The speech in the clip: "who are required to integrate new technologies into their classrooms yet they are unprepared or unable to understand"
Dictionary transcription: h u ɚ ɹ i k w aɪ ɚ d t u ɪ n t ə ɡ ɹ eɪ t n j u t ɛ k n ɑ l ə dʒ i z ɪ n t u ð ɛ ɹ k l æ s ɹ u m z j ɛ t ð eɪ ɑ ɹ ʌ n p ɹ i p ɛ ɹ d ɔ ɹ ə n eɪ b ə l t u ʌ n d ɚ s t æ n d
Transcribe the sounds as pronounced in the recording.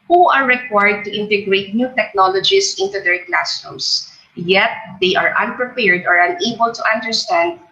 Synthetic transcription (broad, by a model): h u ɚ ɹ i k w aɪ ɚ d t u ɪ n t ə ɡ ɹ eɪ t n j u t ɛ k n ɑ l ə dʒ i s ɪ n t u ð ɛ ɹ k l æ s u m s j ɛ t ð eɪ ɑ ɹ ʌ n p ɹ i p ɛ ɹ d ɔ ɹ ə n eɪ b ə l t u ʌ n d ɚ s t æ n d